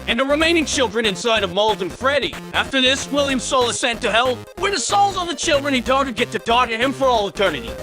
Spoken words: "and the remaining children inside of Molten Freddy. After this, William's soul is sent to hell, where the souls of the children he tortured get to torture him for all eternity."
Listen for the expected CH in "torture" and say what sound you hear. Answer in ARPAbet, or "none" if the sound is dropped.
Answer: none